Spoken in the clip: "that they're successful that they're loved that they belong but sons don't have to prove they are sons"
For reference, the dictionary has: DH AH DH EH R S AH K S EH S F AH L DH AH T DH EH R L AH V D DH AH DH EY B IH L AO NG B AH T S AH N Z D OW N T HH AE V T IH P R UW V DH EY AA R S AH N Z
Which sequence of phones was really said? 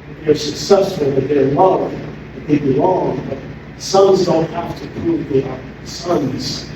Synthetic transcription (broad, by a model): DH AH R S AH K S EH S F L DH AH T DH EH R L AH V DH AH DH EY B IH L AO NG B AH T S AH N Z D OW N T HH AE F T IH P R UW V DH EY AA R S AH N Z